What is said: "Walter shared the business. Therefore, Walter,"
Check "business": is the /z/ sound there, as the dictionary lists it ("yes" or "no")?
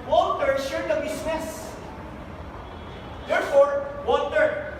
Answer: no